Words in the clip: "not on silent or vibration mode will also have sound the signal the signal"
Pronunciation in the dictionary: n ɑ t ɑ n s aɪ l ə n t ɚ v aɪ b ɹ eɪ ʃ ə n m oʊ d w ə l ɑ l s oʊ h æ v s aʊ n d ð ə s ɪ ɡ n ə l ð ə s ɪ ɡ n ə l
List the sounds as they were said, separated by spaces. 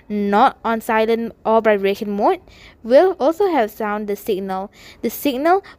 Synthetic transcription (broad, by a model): n ɑ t ɑ n s aɪ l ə n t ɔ b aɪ ɹ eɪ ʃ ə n m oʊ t w ə l ɑ l s oʊ h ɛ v s aʊ n d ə s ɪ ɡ n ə l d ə s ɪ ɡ n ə l